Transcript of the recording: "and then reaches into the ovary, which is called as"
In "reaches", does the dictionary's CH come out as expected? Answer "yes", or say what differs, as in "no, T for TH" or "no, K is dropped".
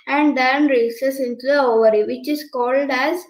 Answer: no, S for CH